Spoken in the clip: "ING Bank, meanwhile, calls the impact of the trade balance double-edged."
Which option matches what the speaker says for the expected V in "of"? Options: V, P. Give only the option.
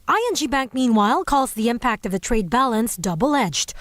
V